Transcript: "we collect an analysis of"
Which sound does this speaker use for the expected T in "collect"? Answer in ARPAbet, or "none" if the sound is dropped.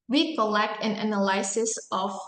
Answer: T